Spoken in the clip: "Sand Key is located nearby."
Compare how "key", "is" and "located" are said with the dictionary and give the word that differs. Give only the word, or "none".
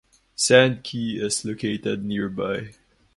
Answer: is